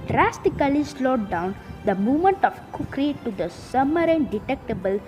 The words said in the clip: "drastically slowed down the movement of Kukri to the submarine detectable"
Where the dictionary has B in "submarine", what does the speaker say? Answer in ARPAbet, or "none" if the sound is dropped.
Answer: none